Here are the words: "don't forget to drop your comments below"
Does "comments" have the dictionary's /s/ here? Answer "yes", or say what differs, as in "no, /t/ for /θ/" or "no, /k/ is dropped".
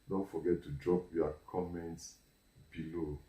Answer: yes